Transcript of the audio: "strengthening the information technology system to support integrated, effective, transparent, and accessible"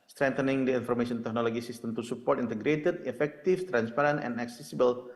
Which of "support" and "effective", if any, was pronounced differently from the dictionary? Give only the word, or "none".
effective